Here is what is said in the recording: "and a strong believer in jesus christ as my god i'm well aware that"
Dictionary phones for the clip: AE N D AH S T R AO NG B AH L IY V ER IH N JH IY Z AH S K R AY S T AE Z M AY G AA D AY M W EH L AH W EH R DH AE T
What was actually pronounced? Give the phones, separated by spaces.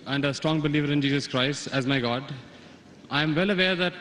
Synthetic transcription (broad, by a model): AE N D AH S T R AO NG B AH L IY V ER IH N JH IY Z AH S K R AY S T AE Z M AY G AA D AY M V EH L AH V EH R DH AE T